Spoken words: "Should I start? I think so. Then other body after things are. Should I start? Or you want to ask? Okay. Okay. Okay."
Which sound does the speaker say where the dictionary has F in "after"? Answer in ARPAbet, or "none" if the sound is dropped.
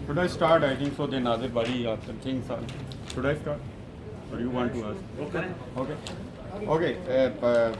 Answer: none